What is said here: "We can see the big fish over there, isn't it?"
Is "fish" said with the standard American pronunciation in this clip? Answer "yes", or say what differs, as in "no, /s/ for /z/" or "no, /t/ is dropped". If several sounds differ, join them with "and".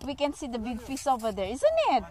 no, /s/ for /ʃ/